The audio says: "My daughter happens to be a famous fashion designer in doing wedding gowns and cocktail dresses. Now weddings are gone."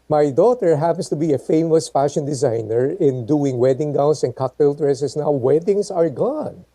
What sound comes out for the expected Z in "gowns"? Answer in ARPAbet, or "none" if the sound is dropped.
S